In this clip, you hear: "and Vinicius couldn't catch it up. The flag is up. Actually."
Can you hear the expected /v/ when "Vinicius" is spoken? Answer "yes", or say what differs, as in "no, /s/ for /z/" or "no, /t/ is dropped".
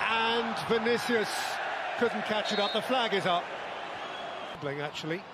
yes